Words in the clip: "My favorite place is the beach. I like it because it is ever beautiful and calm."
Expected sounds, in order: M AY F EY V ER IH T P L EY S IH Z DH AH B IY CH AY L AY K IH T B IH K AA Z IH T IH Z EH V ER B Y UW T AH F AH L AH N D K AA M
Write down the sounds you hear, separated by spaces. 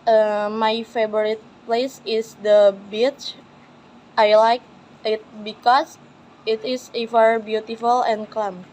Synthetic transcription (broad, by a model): M AY F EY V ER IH T P L EY S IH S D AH B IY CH AY L AY K IH T B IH K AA S IH T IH S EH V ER B Y UW T AH F AH L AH N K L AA M